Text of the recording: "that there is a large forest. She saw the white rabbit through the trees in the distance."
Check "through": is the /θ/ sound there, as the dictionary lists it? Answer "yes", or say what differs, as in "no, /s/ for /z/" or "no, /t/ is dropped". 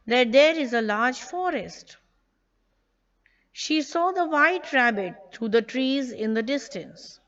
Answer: no, /t/ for /θ/